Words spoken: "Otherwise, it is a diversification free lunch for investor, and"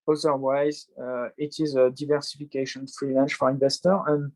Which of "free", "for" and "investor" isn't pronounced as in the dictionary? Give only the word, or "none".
none